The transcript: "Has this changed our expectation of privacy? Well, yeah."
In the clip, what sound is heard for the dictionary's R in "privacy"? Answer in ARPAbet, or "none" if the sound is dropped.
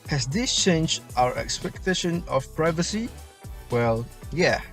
R